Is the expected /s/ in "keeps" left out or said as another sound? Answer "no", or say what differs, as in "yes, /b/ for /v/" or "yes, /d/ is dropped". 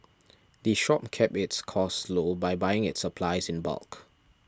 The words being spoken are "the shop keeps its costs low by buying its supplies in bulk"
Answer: yes, /s/ is dropped